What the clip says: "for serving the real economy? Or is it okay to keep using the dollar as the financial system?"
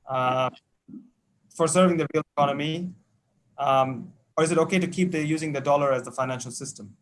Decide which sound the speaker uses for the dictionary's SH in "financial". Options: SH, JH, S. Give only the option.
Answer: SH